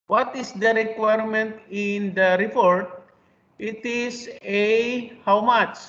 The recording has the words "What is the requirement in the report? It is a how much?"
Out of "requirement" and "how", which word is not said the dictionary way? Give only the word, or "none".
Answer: none